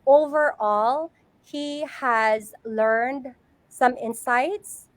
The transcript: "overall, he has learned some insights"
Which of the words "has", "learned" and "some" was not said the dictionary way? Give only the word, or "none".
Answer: none